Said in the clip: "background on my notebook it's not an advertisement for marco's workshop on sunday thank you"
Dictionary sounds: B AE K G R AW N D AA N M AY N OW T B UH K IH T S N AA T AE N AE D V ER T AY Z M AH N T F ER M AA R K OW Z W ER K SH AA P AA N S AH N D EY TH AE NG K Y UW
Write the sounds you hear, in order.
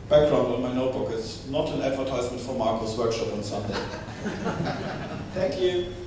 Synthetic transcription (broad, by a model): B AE K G R AW N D AA N M AY N OW T B UH K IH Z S N AA T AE N AE D V ER T AY Z M AH N T F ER M AA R K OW S W ER K SH AA P AA N S AH N D EY TH AE NG K Y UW